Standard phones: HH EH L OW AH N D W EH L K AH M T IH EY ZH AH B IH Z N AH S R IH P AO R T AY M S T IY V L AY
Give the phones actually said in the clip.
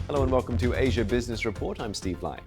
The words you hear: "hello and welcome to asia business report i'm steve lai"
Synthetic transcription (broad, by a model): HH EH L OW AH N W EH L K AH M T IH EY ZH AH B IH Z N AH S R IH P AO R T AY M S T IY V L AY